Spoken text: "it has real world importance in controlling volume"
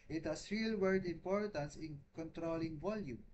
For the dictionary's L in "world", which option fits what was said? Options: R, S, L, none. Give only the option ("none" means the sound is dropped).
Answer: none